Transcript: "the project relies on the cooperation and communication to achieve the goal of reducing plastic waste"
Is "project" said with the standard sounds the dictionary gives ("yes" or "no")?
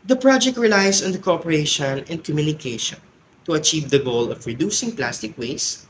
yes